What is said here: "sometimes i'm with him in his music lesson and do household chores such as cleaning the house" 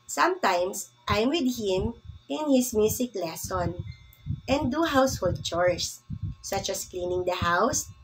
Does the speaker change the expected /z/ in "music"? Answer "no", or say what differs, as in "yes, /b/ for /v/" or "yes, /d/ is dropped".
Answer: yes, /s/ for /z/